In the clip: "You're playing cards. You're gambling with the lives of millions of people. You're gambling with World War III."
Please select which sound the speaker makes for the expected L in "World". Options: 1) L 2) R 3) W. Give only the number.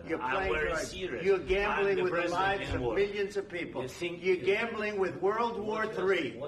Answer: 1